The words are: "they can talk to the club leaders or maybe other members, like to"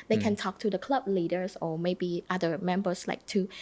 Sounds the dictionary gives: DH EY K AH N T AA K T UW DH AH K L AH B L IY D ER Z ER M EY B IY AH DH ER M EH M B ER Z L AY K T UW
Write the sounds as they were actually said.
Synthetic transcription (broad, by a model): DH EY K AH N T AA K T UW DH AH K L AH B L IY D ER S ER M EY B IY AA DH ER M EH M B ER S L AY K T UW